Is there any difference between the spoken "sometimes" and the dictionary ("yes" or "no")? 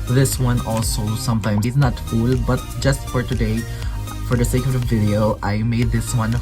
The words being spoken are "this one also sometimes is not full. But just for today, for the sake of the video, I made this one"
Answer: yes